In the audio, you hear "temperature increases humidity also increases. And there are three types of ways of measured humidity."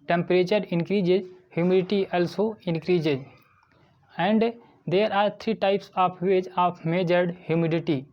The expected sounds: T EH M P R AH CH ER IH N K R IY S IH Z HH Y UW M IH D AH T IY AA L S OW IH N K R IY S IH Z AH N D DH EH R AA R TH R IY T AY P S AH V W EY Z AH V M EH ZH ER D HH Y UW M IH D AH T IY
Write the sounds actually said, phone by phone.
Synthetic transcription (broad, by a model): T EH M P R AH CH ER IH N K R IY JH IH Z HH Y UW M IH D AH T IY AA L S OW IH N K R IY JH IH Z AH N D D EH R AA R T R IY T AY P S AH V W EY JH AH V M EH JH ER D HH Y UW M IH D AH T IY